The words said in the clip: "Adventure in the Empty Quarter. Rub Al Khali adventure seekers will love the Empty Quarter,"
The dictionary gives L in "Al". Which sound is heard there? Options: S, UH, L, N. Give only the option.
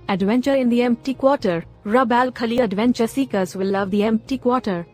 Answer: L